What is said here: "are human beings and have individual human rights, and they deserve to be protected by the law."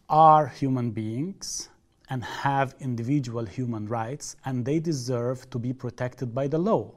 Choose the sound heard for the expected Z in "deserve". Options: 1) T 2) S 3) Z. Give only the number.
3